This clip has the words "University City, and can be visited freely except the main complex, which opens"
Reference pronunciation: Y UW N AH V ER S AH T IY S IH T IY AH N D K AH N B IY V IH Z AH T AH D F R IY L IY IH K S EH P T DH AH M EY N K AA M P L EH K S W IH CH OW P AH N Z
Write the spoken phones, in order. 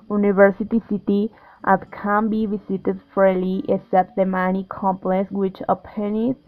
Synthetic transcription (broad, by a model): Y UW N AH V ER S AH T IY S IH T IY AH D K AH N B IY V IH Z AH T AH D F AO L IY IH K S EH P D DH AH M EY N K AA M P L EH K S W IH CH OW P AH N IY